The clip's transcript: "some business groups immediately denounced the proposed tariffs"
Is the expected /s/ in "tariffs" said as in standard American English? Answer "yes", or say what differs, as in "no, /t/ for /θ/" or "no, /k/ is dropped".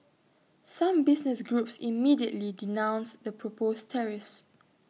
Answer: yes